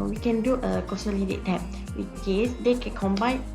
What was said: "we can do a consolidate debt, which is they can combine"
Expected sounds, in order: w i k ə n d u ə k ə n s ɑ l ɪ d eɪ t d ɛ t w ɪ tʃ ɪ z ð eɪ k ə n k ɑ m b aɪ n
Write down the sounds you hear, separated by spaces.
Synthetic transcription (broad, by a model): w i k ə n d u ə k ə s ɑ l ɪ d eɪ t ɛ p w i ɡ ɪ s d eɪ k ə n k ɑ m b aɪ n